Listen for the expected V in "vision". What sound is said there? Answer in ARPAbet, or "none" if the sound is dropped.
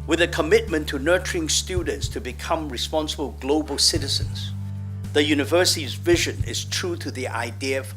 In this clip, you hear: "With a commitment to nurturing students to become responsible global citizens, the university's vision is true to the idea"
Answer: V